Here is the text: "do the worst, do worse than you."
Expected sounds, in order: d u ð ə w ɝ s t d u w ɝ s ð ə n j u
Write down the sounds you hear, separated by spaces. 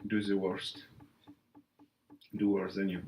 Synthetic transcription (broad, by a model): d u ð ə w ɝ s t d u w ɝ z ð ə n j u